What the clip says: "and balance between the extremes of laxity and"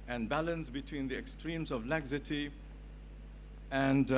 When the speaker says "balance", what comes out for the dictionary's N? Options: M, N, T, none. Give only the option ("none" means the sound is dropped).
N